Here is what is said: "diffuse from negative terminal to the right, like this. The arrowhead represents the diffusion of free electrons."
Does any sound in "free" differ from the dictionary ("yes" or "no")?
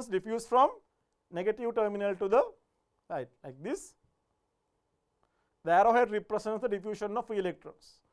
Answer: yes